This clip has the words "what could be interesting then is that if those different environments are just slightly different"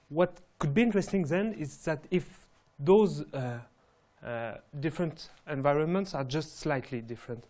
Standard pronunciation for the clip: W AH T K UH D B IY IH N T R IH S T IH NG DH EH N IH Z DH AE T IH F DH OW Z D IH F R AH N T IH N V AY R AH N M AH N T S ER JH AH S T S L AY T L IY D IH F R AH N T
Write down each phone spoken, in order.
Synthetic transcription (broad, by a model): W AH T K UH D B IY IH N T R IH S T IH NG DH EH N IH Z DH AE T IH F DH OW Z D IH F R AH N T IH N V AY R AH N M AH N T S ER JH AH S T S L AY T L IY D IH F R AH N T